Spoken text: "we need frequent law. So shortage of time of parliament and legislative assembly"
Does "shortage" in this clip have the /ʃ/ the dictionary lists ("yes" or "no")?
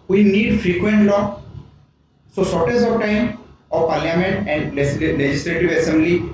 no